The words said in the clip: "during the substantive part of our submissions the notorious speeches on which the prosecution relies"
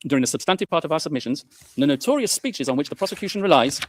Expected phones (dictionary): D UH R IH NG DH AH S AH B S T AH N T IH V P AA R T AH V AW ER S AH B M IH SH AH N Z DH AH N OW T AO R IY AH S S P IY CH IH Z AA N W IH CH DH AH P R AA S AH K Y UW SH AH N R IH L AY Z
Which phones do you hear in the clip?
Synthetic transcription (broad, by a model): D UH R IH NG DH AH S AH B S T AH N T IH V P AA R T AH V AW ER S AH B M IH SH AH N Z DH AH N OW T AO R IY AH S S P IY CH IH Z N W IH CH DH AH P R AA S AH K Y UW SH AH N R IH L AY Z